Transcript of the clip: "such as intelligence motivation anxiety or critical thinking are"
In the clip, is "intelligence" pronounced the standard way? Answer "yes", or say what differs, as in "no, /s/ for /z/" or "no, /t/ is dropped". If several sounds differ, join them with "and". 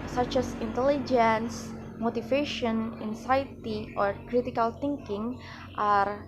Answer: yes